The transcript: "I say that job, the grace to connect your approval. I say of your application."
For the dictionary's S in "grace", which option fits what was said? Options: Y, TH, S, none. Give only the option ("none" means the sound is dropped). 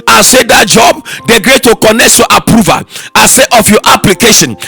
none